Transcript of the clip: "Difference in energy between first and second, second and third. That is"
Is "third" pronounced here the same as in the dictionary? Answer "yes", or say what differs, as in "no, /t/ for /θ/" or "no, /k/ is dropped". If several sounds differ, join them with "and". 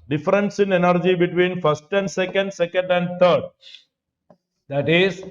no, /t/ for /θ/